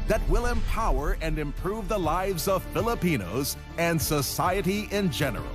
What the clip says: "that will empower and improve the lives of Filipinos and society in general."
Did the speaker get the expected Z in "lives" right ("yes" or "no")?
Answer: yes